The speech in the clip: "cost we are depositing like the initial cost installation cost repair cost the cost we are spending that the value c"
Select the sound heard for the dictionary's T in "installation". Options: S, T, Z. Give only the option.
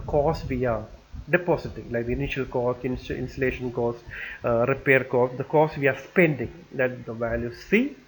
S